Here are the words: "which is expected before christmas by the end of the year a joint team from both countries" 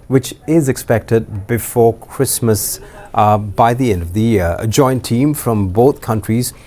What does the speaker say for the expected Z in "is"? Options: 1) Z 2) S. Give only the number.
1